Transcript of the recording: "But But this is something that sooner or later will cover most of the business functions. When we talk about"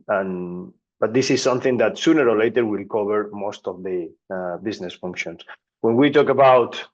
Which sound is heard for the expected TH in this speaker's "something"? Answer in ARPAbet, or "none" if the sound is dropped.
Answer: TH